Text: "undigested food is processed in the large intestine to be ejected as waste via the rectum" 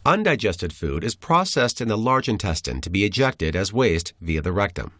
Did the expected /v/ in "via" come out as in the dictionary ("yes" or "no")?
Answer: yes